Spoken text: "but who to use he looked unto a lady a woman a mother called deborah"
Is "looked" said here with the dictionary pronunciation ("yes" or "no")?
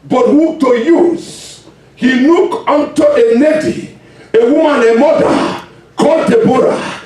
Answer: no